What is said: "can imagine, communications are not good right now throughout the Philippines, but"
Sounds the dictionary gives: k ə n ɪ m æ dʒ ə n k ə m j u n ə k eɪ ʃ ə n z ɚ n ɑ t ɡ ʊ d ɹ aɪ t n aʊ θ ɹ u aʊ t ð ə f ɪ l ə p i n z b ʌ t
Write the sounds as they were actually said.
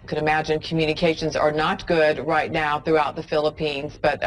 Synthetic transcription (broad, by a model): k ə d ɪ m æ dʒ ə n k m j u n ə k eɪ ʃ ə n z ɚ n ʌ t ɡ ʊ d ɹ aɪ t n aʊ θ ɹ u aʊ t ð ə f ɪ l ə p i n z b ʌ t